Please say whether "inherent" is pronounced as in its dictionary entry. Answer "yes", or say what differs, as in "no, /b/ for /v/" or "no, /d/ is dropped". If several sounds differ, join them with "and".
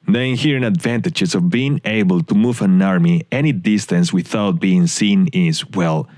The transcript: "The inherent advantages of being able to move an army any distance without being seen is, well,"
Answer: no, /t/ is dropped